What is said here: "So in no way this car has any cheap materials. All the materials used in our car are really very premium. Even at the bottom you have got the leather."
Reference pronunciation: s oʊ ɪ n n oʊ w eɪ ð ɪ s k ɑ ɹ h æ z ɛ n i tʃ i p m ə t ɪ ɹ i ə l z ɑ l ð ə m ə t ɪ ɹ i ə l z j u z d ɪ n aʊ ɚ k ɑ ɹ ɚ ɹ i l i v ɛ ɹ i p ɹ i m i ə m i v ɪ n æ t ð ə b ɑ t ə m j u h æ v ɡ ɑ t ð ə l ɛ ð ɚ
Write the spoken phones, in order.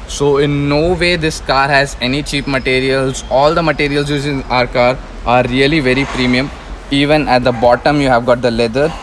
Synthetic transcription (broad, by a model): s oʊ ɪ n n oʊ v eɪ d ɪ s k ɑ ɹ h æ z ɛ n i tʃ i p m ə t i ɹ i ə l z ɑ l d ə m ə t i ɹ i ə l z j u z ɪ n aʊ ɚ k ɑ ɹ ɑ ɹ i l i v ɛ ɹ i p ɹ i m i ə m i v ɪ n æ t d ə b ɑ t ə m j u h æ v ɡ ɑ t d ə l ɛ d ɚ